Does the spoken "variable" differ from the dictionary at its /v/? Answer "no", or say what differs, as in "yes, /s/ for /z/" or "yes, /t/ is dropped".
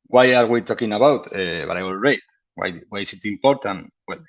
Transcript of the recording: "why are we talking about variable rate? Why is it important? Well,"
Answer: yes, /b/ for /v/